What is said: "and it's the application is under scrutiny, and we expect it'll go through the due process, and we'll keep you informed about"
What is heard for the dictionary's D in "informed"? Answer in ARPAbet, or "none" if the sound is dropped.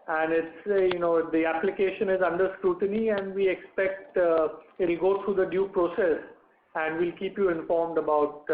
D